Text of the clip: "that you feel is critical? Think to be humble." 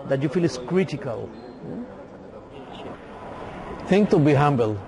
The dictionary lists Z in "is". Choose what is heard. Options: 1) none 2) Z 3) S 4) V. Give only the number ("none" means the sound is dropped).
3